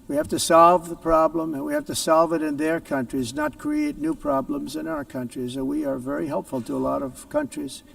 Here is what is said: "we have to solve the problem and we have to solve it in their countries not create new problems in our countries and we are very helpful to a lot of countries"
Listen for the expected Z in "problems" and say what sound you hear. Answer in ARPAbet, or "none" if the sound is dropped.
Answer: Z